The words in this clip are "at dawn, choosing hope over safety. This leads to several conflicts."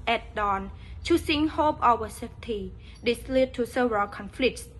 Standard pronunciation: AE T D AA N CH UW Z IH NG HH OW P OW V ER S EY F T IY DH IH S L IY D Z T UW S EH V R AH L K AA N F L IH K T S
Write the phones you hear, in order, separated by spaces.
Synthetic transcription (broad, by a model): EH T D AA N CH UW S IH NG HH OW P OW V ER S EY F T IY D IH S L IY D T UW S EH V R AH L K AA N F L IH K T S